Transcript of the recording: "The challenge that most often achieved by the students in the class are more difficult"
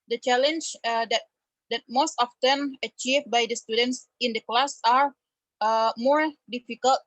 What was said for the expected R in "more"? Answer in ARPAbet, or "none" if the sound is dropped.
R